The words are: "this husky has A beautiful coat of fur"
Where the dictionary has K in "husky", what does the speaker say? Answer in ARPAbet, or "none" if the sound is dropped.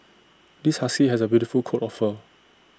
none